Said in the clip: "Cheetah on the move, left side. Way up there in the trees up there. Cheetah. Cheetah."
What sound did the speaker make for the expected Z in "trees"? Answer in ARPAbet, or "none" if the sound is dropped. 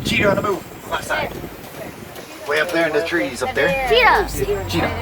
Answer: Z